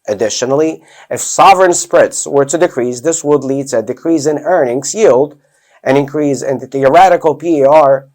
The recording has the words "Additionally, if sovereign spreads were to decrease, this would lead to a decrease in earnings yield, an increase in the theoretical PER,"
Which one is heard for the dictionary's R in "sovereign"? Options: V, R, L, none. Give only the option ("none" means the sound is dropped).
R